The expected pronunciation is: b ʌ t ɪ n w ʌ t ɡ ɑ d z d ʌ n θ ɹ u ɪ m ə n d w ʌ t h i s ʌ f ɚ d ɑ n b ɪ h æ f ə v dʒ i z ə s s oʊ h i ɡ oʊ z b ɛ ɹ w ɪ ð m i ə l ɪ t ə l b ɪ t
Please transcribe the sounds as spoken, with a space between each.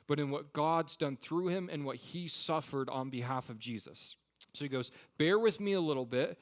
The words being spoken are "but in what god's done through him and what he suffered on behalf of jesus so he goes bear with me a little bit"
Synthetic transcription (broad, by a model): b ʌ t ɪ n w ʌ t ɡ ɑ d z d ʌ n θ ɹ u ɪ m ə n w ʌ t h i s ʌ f ɚ d n b ɪ h æ f ə v dʒ i z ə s s oʊ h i ɡ oʊ z b ɛ ɹ w ɪ ð m i ə l ɪ t l b ɪ t